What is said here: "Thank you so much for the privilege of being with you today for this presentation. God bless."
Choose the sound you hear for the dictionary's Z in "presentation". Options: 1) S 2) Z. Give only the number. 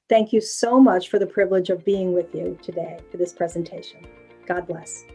2